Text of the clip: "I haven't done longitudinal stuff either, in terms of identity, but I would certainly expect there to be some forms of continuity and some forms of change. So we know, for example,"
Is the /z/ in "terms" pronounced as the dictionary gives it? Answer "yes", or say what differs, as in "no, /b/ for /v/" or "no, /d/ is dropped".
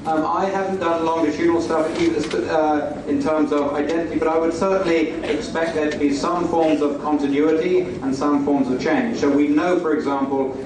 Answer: yes